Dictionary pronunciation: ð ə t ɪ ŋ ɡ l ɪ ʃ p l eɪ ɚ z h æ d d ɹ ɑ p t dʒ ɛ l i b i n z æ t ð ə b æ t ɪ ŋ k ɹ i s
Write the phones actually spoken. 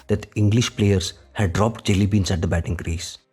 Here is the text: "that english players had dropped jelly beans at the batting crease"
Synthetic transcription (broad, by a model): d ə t ɪ ŋ ɡ l ɪ ʃ p l eɪ ɚ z h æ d d ɹ ɑ p t dʒ ɛ l i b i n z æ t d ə b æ t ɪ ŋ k ɹ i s